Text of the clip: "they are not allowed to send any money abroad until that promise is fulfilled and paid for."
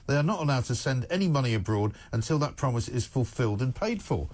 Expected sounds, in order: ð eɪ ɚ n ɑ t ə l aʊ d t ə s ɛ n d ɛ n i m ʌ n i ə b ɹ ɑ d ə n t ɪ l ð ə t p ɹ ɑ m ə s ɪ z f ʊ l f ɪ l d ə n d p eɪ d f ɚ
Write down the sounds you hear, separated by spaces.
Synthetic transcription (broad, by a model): ð eɪ ɚ n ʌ t ə l aʊ d t ə s ɛ n d ɛ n i m ʌ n i ə b ɹ ɑ d ə n t ɪ l ð ə t p ɹ ɑ m ə s ɪ z f ʊ l f ɪ l d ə n p eɪ d f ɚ